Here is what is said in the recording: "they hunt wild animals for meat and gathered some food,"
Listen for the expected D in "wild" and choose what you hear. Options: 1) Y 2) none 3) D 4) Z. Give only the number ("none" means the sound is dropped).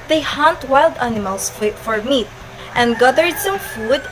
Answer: 3